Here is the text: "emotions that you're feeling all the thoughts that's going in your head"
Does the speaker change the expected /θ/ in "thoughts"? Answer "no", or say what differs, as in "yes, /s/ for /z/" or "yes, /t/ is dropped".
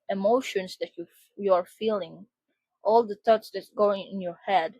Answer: yes, /t/ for /θ/